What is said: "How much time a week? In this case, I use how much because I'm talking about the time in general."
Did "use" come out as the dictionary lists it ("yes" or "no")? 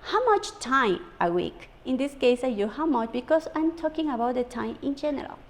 no